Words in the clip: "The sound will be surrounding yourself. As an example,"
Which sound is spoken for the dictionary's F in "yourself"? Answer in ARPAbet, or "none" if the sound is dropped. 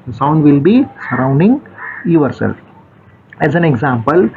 none